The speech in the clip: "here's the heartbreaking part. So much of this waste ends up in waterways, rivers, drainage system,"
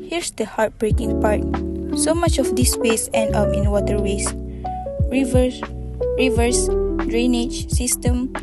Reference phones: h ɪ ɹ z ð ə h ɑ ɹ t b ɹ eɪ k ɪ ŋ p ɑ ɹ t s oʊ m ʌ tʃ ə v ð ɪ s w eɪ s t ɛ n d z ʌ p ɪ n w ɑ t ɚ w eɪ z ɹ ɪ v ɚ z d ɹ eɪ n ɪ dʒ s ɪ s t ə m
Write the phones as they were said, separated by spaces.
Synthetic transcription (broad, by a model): h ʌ ɹ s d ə h ɑ ɹ t b ɹ eɪ k ɪ ŋ p ɑ ɹ t s oʊ m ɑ tʃ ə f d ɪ s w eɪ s ɛ n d ʌ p ɪ n w ɑ t ɚ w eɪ s ɹ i v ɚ s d ɹ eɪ n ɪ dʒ s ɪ s t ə m